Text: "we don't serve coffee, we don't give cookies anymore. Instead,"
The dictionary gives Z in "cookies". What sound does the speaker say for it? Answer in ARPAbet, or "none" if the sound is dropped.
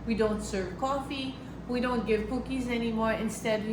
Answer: Z